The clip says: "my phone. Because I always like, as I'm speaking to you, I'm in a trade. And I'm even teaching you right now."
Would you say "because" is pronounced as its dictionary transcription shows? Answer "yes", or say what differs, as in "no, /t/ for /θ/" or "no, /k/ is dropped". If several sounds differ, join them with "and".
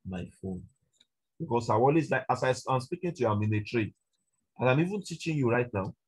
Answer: no, /s/ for /z/